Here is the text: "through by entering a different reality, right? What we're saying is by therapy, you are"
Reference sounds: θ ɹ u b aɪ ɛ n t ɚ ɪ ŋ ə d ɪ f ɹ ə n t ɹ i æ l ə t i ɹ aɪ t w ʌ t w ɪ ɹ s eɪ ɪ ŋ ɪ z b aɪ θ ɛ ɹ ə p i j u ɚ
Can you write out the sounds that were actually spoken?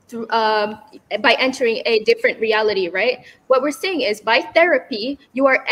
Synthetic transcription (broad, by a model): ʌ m b aɪ ɛ n t ɚ ɪ ŋ ə d ɪ f ɹ ə n t ɹ i æ l ə t i ɹ aɪ t w ʌ t w ɪ ɹ s eɪ ɪ ŋ ɪ z b aɪ θ ɛ ɹ ə p i j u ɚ